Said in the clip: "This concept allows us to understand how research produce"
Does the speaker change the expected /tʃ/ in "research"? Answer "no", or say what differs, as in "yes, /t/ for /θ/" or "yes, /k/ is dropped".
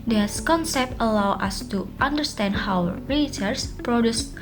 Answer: yes, /s/ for /tʃ/